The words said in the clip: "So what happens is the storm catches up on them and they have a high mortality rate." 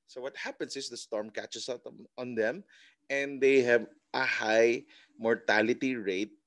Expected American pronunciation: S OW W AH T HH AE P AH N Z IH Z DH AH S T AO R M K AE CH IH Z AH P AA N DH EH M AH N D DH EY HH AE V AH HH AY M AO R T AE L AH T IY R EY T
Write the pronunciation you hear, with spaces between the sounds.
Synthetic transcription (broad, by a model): S OW W AH T HH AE P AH N S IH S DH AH S T AO R M K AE CH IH S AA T AA N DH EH M AH N D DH EY HH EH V AH HH AY M AO R T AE L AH T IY R EY T